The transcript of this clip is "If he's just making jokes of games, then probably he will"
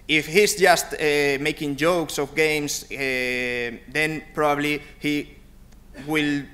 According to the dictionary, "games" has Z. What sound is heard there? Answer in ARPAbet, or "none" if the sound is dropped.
S